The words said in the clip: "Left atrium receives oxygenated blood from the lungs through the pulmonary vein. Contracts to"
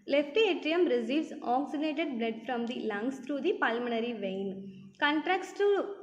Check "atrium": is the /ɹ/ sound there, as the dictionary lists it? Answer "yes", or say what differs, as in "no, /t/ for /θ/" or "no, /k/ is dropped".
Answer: yes